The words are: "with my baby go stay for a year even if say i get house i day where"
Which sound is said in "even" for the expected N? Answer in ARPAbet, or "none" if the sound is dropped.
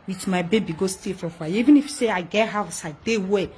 N